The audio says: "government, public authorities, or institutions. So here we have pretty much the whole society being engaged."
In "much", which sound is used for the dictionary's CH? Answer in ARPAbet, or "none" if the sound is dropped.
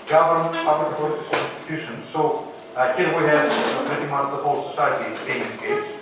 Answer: S